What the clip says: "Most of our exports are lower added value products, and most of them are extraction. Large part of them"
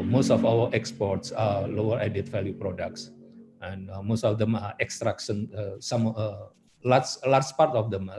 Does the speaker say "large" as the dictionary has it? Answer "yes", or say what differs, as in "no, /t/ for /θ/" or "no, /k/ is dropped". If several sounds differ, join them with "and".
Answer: no, /l/ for /ɹ/